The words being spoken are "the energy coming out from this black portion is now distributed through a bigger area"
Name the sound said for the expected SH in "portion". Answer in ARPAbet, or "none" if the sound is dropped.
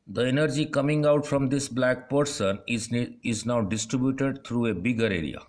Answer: S